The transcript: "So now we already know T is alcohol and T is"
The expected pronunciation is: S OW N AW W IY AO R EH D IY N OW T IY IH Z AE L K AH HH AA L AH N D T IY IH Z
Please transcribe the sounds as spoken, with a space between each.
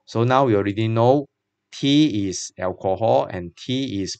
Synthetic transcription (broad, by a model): S OW N AW W IY AO R EH D IY N OW T IY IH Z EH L K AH HH AA L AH N T IY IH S